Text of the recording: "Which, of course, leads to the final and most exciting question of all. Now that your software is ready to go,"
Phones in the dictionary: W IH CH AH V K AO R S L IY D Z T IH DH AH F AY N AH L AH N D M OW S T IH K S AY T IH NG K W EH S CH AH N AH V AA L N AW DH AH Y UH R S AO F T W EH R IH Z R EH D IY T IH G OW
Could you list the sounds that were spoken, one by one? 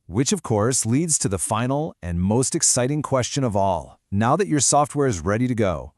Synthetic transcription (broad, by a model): W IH CH AH V K AO R S L IY D Z T IH DH AH F AY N L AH N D M OW S T IH K S AY T IH NG K W EH S CH AH N AH V AA L N AW DH AH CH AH R S AO F T W EH R IH Z R EH D IY T IH G OW